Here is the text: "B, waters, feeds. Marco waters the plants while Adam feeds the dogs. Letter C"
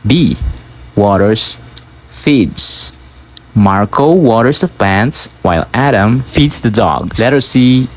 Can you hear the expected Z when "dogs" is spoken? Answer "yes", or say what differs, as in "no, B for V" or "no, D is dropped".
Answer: no, S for Z